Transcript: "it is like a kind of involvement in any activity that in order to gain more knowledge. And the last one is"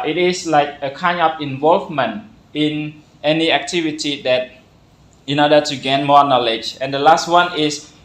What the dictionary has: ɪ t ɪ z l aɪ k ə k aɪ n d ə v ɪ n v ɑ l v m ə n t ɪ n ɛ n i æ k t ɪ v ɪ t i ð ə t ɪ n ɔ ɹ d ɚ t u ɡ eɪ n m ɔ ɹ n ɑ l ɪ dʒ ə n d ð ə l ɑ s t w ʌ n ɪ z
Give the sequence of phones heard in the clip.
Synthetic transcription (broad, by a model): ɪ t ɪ s l aɪ k ə k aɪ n ə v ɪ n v ɑ l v m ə n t ɪ n ɛ n i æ k t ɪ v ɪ t i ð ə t ɪ n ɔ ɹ d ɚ t u ɡ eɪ n m ɔ n ɑ l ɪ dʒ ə n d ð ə l ɑ s t w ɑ n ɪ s